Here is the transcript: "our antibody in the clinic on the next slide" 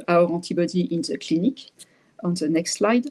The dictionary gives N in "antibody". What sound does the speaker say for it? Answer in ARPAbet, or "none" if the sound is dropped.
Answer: none